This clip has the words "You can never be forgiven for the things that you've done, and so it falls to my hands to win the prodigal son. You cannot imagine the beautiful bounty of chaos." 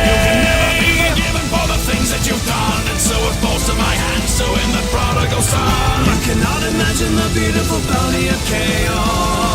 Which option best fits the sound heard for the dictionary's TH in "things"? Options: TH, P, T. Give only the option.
TH